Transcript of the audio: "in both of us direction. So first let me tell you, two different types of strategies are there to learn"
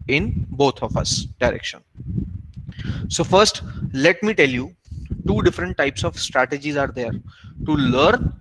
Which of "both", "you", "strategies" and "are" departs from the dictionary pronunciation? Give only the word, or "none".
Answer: both